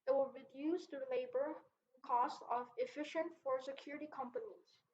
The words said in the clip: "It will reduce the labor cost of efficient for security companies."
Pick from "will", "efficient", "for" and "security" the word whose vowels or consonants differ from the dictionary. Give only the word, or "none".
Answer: none